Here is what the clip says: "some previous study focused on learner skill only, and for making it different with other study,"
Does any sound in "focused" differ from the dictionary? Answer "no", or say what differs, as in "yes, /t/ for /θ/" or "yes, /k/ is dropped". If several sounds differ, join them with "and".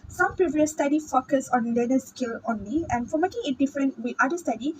yes, /t/ is dropped